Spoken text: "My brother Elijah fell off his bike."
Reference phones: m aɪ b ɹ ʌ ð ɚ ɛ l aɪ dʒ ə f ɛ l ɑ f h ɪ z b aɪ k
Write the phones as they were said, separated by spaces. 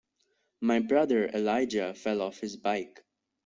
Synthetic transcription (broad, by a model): m aɪ b ɹ ʌ ð ɚ ɛ l aɪ dʒ ə f ɛ l ɑ f h ɪ z b aɪ k